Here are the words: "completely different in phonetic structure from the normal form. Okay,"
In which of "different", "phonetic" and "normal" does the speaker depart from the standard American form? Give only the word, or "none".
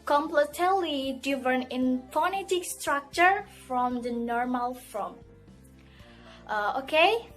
different